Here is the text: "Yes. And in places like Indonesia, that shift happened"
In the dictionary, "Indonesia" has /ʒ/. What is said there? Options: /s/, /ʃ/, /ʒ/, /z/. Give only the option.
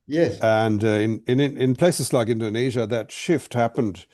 /ʒ/